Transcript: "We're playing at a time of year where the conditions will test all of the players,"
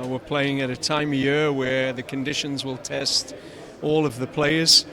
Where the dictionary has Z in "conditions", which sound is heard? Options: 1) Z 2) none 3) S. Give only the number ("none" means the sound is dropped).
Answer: 1